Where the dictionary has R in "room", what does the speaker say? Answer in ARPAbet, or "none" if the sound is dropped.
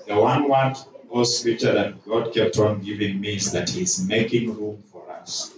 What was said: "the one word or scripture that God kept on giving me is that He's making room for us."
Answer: R